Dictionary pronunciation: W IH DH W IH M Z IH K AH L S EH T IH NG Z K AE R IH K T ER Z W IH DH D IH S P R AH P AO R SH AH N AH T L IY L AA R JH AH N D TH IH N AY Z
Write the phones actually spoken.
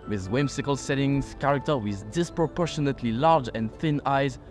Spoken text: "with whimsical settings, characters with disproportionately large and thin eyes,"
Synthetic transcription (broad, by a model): W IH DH W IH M S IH K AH L S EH T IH NG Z K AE R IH K T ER W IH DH D IH S P R AH P AO R SH AH N AH T L IY L AA R JH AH N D TH IH N AY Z